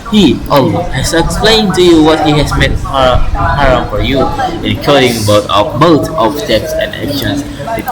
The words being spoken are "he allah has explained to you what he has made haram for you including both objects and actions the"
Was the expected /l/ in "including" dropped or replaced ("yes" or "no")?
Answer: yes